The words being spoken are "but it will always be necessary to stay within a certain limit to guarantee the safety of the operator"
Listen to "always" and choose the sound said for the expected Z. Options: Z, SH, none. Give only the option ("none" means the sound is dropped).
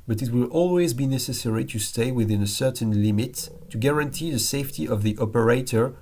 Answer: Z